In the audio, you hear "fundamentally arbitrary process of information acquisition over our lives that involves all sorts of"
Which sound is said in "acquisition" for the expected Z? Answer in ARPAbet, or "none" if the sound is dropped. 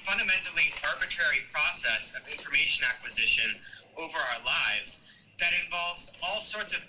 Z